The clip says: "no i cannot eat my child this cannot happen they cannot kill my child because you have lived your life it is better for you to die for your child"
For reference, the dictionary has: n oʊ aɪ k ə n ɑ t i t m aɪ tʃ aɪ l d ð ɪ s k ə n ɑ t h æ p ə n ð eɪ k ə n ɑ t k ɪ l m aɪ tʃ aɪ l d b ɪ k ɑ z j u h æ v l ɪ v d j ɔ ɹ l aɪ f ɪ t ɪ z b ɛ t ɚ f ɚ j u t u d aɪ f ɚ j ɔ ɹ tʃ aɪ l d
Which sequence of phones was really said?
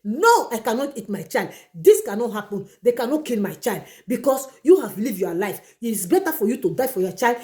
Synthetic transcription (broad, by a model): n oʊ aɪ k ə n ɑ t i t m aɪ tʃ aɪ l d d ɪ s k ə n ɑ t h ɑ p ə n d eɪ k ə n ɑ t k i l m aɪ tʃ aɪ l d b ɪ k ɑ s j u h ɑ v l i v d j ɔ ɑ l aɪ f ɪ t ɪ s b ɛ t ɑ f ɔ j u t u d aɪ f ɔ j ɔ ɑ tʃ aɪ l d